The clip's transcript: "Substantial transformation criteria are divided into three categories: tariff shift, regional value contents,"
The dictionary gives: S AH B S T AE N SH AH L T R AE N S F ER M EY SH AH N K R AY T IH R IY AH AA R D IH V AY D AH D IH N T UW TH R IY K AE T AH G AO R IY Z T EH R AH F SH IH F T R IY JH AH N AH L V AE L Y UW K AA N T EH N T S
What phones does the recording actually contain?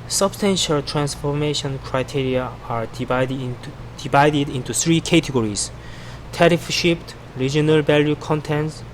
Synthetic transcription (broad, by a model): S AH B S T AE N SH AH L T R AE N S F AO M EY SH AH N K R AY T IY R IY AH AA R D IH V AY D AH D IH N T UW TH R IY K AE T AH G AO R IY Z T EH R AH F SH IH P T R IY JH AH N AH L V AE L Y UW K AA N T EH N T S